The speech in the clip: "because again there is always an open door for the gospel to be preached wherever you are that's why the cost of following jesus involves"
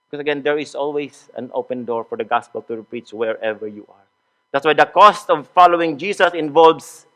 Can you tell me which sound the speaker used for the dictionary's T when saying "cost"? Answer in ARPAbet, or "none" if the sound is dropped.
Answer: T